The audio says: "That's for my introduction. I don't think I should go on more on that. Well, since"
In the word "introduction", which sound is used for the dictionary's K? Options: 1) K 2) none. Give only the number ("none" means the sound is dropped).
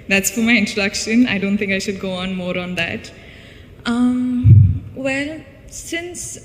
1